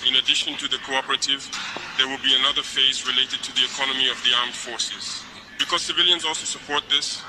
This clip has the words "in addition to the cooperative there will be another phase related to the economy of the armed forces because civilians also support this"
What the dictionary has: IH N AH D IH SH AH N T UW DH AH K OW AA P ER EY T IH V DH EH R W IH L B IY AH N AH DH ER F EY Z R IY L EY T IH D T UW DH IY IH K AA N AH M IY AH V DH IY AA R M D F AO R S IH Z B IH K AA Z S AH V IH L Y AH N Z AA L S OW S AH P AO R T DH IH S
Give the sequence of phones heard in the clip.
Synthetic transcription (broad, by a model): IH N AH D IH SH AH N T UW DH AH K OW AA P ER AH T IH V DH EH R W IH L B IY AH N AH DH ER F EY Z R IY L EY T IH D T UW DH IY IH K AA N AH M IY AH V DH IY AA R M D F AO R S IH Z B IH K AA Z S AH V IH L Y AH N Z AA L S OW S AH P AO R T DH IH S